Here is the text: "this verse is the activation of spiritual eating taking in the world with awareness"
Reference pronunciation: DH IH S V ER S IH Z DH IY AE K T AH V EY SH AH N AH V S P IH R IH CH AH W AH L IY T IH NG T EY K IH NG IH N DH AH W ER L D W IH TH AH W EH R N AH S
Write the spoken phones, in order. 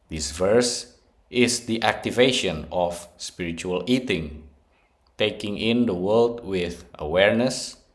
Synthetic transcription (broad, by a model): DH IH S V ER S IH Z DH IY AE K T AH V EY SH AH N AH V S P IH R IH CH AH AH L IY T IH NG T EY K IH NG IH N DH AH W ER L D W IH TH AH W EH R N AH S